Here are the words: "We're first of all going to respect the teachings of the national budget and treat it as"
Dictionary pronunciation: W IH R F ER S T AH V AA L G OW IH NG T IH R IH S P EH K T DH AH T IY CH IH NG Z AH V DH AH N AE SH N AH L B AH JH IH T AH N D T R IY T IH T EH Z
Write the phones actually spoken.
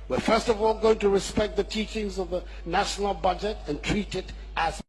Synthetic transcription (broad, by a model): W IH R F ER S T AH V AA L G OW IH NG T IH R IH S P EH K T DH AH T IY CH IH NG Z AH V DH AH N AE SH N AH L B AH JH IH T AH N T R IY T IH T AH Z